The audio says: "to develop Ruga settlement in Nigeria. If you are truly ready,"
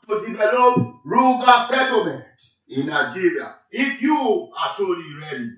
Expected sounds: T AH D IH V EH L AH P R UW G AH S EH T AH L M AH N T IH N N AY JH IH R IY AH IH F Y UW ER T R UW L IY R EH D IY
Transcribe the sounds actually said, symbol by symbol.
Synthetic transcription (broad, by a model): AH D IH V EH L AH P R UW G AH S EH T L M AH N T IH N N AY JH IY R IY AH IH F Y UW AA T AO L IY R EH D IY